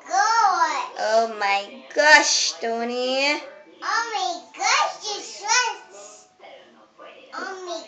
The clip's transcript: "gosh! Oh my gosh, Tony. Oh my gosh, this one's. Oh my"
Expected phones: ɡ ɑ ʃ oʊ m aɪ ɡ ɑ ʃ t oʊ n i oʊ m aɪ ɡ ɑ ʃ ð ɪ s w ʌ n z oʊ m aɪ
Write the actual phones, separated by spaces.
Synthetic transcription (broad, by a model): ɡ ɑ oʊ m aɪ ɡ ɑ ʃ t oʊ n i oʊ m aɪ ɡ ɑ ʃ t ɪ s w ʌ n s oʊ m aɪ